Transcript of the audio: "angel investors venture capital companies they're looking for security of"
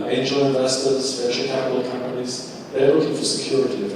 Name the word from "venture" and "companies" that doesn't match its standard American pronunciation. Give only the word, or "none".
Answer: venture